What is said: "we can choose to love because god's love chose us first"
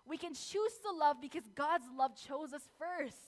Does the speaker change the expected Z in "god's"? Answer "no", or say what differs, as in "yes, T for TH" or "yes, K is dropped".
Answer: no